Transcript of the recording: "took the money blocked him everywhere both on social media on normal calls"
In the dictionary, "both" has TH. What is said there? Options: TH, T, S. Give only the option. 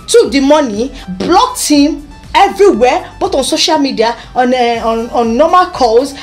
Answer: T